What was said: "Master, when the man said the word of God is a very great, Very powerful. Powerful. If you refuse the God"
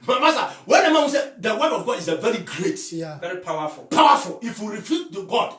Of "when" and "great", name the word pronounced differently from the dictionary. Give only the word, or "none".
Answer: none